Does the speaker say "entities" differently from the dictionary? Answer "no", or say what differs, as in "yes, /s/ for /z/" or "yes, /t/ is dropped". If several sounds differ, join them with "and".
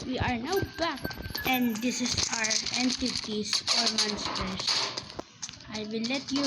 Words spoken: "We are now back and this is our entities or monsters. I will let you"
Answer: yes, /s/ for /z/